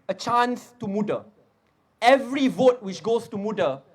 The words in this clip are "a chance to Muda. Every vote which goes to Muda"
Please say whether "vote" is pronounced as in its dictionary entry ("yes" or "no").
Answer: yes